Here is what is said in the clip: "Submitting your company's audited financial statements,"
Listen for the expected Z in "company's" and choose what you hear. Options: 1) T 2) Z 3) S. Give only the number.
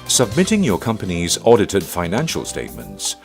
2